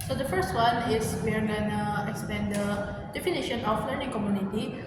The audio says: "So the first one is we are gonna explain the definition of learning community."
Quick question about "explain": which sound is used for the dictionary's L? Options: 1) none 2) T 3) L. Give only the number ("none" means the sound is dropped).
1